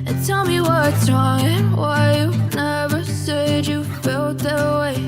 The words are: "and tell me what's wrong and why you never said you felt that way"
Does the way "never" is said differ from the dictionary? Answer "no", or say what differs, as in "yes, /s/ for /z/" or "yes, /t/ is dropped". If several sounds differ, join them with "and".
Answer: no